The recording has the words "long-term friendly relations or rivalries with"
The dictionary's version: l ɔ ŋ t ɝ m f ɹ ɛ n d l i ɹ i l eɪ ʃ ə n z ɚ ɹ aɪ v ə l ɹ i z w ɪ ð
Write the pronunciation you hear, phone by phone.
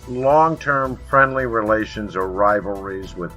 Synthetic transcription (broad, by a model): l ɔ ŋ t ɝ m f ɹ ɛ n d l i ɹ i l eɪ ʃ ə n z ɚ ɹ aɪ v l ɹ i z w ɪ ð